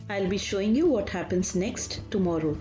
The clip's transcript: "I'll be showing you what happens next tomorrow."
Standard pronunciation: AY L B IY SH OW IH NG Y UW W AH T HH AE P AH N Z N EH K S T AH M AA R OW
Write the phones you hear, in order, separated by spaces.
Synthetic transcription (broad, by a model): AY L B IY SH OW IH NG Y UW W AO T HH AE P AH N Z N EH K S T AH M AA R OW